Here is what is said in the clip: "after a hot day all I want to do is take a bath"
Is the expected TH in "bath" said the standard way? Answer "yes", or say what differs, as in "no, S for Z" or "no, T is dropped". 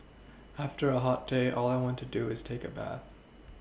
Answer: yes